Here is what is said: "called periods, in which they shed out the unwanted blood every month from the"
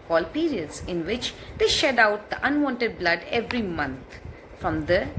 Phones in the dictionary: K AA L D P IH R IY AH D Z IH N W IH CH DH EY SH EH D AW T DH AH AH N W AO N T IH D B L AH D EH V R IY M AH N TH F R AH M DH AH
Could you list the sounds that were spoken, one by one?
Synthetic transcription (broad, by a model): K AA L P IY R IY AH D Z IH N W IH CH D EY SH EH D AW T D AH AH N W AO N T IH D B L AH D EH V R IY M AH N T F R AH M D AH